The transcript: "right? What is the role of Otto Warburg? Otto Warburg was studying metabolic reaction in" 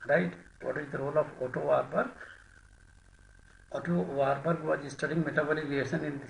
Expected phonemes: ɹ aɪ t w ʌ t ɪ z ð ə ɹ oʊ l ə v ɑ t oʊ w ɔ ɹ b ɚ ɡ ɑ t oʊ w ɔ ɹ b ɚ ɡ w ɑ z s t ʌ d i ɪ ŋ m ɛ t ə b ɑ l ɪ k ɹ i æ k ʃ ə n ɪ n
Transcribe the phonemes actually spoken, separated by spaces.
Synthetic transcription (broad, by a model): ɹ aɪ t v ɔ t ɪ z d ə ɹ oʊ l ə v ɑ t oʊ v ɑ ɹ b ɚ ɑ t oʊ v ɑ ɹ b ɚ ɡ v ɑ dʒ s t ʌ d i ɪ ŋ m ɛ t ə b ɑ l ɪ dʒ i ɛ ʃ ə n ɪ n